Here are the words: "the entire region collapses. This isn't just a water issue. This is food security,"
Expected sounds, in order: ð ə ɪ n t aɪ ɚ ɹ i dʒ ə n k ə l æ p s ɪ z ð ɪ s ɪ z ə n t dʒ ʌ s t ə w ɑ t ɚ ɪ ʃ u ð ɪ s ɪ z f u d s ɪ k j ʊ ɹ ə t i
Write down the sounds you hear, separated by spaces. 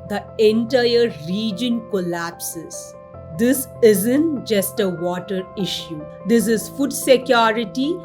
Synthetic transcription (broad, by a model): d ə ɪ n t aɪ ɚ ɹ i dʒ ə n k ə l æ p s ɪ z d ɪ s ɪ z ə n t dʒ ʌ s t ə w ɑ t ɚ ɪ ʃ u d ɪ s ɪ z f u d s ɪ k j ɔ ɹ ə t i